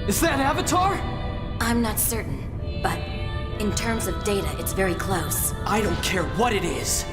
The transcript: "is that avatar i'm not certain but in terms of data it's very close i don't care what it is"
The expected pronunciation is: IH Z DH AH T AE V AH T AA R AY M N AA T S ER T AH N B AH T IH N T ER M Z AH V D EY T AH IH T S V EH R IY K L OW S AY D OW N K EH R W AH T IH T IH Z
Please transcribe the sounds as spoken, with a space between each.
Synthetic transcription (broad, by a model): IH Z DH AH T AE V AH T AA R AY M N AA T S ER T N B AH T IH N T ER M Z AH V D EY T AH IH T S V EH R IY K L OW S AY D OW N K EH R W AH T IH T IH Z